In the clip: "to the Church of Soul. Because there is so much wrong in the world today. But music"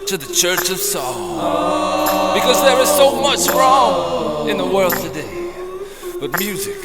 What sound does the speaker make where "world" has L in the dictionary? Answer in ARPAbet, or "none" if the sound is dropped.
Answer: L